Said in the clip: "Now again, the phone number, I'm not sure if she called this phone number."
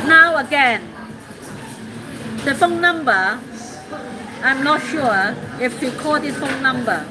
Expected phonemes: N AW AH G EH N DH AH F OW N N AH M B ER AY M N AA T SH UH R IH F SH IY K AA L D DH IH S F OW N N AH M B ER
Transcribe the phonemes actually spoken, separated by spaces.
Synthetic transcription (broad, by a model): N AW AH G EH N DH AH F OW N N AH M B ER AY M N AA T SH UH IH F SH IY K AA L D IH F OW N N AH M B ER